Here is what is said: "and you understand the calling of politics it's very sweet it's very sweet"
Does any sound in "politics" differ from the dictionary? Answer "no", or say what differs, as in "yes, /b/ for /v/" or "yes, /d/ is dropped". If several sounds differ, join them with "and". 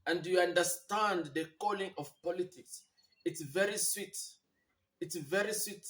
no